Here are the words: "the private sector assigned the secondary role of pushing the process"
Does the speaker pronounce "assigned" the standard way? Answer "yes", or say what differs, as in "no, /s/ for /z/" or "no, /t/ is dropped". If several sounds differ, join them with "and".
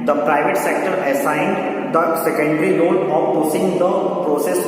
yes